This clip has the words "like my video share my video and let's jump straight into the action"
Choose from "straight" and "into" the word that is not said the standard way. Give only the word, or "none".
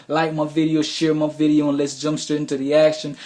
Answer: straight